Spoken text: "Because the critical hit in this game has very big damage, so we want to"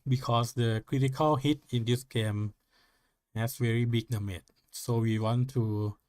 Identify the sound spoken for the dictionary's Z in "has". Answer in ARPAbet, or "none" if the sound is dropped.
S